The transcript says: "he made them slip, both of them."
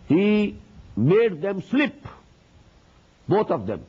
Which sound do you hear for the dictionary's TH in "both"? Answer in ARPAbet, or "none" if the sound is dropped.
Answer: T